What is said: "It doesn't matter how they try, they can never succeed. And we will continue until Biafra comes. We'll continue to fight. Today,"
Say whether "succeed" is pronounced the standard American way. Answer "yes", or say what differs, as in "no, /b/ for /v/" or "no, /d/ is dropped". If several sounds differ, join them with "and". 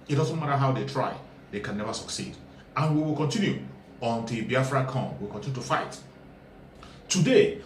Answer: yes